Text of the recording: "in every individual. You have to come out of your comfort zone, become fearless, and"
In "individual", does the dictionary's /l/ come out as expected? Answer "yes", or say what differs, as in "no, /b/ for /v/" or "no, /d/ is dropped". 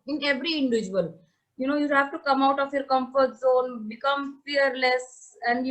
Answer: no, /n/ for /l/